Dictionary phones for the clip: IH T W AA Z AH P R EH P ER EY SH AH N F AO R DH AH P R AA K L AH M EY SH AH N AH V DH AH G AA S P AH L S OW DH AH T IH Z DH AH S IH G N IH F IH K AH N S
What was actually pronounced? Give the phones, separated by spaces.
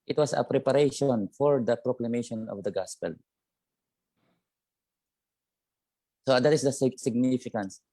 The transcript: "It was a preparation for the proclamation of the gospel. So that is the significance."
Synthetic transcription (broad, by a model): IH T W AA S AH P R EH P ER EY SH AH N F AO R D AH P R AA K L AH M EY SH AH N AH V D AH G AA S P AH L S OW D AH T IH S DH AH S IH G N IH F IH K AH N S